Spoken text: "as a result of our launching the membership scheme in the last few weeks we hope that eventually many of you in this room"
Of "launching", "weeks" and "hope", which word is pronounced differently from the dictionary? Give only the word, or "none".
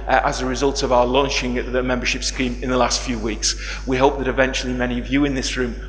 none